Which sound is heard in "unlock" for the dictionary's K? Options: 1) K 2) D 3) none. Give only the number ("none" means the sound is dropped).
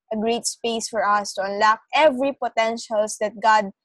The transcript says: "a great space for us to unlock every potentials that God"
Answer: 1